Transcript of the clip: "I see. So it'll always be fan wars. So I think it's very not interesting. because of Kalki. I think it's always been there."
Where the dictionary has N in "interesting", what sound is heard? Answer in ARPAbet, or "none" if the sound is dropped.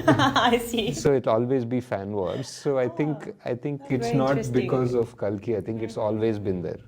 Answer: none